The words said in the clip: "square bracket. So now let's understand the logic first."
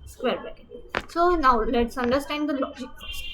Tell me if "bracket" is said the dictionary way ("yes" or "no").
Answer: no